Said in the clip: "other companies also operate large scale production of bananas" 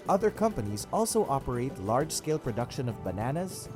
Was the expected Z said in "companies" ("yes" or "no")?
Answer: yes